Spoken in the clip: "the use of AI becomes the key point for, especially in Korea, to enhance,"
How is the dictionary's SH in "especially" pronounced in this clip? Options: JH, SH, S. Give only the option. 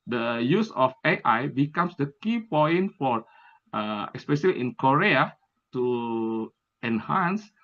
S